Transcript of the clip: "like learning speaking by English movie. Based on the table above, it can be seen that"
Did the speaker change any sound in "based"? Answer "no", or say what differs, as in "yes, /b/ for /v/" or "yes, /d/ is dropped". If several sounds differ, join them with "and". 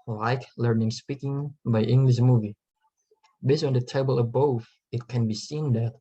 yes, /t/ is dropped